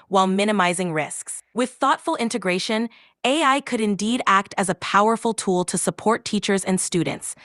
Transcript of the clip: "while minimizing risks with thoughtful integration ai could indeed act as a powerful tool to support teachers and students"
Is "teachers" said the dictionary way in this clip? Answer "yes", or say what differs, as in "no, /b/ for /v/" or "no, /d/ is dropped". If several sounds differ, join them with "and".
yes